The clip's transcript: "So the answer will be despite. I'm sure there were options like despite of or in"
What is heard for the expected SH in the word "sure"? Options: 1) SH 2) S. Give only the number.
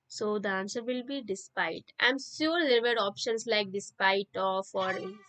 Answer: 2